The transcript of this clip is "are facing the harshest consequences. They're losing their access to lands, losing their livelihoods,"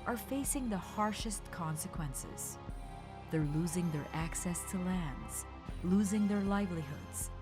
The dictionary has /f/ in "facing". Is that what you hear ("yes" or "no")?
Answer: yes